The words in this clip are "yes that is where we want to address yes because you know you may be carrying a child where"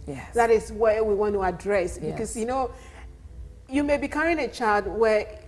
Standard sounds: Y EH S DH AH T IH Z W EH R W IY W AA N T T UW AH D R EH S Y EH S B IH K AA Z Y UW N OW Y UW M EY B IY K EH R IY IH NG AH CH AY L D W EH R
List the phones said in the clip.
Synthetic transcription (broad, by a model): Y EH DH AH T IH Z W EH W IY W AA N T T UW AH D R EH EH S B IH K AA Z Y UW N OW Y UW M EY B IY K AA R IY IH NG AH CH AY D W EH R